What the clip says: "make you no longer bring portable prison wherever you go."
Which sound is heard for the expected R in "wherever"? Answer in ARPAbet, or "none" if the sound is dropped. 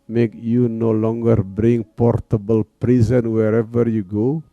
R